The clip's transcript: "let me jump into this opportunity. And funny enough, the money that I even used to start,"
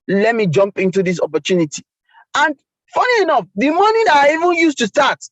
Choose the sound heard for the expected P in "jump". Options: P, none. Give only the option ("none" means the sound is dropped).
P